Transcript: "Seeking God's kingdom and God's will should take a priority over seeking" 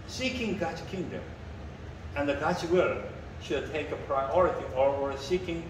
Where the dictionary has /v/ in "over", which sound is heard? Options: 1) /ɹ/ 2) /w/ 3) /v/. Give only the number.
2